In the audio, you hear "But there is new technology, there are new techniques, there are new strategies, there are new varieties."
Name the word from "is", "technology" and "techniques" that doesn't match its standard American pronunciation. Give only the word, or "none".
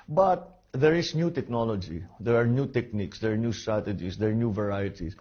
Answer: is